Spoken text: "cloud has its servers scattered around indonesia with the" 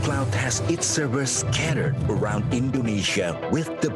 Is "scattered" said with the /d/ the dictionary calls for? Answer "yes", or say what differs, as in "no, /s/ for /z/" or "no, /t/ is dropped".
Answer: yes